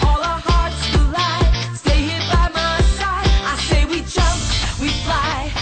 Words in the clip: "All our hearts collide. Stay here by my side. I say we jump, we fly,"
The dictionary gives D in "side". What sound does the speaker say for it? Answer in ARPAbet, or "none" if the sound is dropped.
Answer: none